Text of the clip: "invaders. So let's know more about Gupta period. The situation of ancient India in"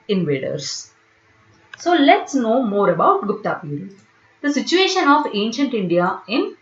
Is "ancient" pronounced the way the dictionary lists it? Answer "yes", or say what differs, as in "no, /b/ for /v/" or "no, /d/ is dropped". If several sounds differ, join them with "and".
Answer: yes